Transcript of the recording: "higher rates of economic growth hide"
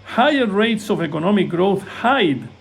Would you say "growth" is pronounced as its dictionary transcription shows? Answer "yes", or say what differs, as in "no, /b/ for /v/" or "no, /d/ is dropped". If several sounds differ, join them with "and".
yes